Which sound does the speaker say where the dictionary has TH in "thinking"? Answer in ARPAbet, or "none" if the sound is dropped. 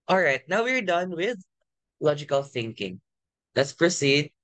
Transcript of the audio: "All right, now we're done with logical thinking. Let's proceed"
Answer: TH